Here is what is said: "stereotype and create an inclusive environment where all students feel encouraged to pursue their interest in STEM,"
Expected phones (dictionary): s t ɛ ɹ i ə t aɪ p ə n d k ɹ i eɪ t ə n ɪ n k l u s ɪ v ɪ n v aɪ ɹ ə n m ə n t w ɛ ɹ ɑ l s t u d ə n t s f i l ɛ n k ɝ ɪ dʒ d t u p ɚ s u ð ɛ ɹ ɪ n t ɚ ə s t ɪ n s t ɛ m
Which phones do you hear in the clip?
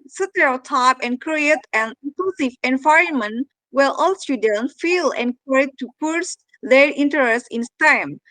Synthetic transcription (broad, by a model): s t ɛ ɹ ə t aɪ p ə n k ɹ i eɪ t ə n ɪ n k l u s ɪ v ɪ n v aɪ ɹ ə n m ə n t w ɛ l ɑ l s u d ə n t f i l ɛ n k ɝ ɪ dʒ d t u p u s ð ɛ ɹ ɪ n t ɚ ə s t ɪ n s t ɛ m